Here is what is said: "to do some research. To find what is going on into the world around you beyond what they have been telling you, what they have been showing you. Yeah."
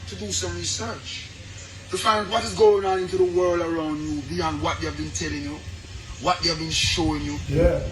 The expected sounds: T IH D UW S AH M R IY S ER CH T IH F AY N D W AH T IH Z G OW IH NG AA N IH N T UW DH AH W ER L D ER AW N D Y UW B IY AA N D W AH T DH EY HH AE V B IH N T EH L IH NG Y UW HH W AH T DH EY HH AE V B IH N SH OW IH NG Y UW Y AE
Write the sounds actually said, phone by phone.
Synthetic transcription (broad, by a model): T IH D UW S AH M R IY S ER CH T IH F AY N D W AH T IH Z G OW IH NG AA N IH N T UW DH AH W ER L D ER AW N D Y UW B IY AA N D W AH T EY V B IH N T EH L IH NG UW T W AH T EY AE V B IH N SH OW IH NG Y UW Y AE